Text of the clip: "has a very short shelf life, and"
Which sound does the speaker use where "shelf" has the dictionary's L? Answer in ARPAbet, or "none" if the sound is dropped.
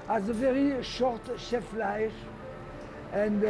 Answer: none